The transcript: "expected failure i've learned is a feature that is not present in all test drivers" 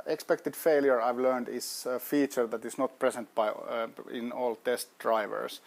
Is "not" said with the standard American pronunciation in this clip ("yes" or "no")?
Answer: yes